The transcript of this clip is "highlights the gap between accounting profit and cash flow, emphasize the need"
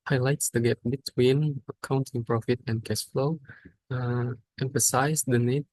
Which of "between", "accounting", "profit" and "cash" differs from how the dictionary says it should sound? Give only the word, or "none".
cash